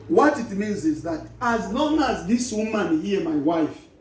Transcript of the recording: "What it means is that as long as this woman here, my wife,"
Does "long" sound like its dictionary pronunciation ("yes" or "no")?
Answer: yes